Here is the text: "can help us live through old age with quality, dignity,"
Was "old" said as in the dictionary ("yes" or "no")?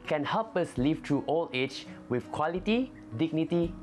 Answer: no